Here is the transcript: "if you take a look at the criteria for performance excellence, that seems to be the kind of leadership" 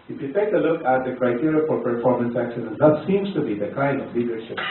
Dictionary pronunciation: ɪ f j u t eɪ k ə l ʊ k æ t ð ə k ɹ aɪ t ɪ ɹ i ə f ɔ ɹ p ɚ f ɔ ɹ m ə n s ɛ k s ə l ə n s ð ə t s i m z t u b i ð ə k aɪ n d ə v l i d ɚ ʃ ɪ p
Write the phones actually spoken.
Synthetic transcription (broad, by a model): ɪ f j u t eɪ k ə l ʊ k æ t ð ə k ɹ aɪ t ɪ ɹ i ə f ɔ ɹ p ɚ f ɔ ɹ m ə n s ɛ k ʃ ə n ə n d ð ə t s i m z t u b i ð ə k aɪ n d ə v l i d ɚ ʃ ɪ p